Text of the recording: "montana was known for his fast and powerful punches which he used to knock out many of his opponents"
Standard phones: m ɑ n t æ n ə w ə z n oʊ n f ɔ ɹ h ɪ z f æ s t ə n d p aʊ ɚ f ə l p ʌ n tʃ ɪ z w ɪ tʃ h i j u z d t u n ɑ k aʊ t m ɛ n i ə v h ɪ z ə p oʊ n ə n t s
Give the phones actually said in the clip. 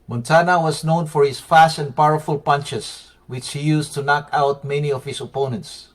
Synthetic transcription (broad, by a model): m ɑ n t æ n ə w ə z n oʊ n f ɔ ɹ h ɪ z f æ s t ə n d p aʊ ɚ f ə l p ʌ n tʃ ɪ s w ɪ tʃ h i j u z t u n ɑ k aʊ t m ɛ n i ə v h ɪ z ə p oʊ n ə n t s